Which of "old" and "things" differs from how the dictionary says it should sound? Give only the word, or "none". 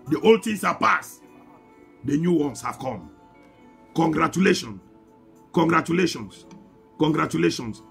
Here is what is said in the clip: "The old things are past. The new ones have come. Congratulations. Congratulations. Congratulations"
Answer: things